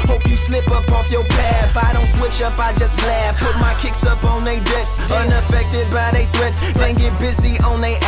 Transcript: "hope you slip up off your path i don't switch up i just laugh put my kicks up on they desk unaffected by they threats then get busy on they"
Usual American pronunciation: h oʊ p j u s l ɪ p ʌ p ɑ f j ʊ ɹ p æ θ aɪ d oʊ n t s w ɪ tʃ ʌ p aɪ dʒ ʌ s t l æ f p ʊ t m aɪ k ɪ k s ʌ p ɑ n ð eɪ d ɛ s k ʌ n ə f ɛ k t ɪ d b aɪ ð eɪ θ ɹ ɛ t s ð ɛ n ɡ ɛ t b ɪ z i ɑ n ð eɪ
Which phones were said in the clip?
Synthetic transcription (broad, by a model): h oʊ p j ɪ s l ɪ p ʌ p ɑ f j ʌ ɹ p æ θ aɪ d oʊ n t s w ɪ tʃ ʌ p aɪ dʒ ʌ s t l æ f p ʊ t m aɪ k ɪ k s ʌ p n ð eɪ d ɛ s ʌ n ə f ɛ k t ɪ d b aɪ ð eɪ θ ɹ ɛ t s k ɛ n ɡ ɛ t b ɪ z i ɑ n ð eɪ